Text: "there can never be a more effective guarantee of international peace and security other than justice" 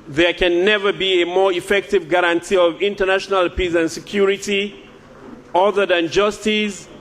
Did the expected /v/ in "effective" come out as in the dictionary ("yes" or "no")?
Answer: yes